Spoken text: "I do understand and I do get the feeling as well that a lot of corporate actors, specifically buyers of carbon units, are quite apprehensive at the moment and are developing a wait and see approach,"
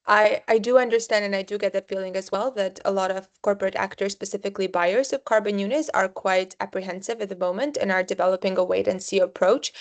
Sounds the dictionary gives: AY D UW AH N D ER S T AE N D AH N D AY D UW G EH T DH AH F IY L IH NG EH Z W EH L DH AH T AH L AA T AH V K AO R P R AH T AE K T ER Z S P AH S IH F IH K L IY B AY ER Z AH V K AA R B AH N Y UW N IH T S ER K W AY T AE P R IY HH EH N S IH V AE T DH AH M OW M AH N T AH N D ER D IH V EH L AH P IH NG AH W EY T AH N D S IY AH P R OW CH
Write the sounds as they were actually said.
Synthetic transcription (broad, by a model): AY D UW AH N D ER S T AE N D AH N AY D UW G EH T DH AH F IY L IH NG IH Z W EH L DH AH T AH L AA T AH V K AO R P R AH T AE K T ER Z S P AH S IH F IH K L IY B AY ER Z AH V K AA R B AH N Y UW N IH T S ER K W AY T AE P R IY HH EH N S IH V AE T DH AH M OW M AH N T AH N ER D IH V EH L AH P IH NG AH W EY T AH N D S IY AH P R OW CH